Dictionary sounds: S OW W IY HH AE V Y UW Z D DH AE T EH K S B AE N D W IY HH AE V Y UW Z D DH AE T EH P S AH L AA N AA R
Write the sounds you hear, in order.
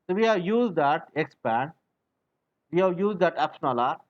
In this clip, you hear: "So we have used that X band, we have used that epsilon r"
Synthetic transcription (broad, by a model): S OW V IY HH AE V Y UW Z D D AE T EH K S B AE N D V IY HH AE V Y UW Z D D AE T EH P SH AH N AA L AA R